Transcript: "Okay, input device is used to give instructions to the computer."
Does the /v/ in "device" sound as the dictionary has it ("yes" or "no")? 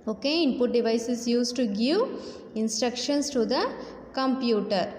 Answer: yes